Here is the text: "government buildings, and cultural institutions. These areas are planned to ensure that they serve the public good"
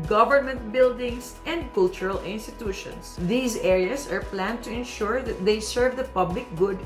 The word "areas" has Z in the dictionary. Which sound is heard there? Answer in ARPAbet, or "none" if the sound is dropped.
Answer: S